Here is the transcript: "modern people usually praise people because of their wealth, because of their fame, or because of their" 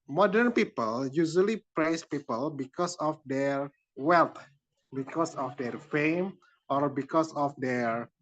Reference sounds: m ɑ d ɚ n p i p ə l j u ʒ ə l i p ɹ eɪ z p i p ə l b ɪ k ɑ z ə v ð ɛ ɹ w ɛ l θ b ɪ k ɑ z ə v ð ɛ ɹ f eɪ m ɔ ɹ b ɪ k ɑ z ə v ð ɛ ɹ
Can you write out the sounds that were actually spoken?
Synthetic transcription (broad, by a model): m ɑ d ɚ n p i p ə l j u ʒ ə l i p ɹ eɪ s p i p ə l b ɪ k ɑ s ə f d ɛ ɹ w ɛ l t b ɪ k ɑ s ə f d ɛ ɹ f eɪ m ɔ ɹ b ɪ k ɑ s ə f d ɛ ɹ